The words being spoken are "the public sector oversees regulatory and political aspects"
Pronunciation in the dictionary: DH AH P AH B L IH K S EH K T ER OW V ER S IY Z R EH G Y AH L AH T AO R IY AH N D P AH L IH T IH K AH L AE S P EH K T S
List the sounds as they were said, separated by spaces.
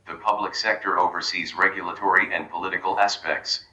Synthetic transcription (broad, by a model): DH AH P AH B L IH K S EH K T ER OW V ER S IY Z R EH G Y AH L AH T AO R IY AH N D P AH L IH T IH K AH L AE S P EH K T S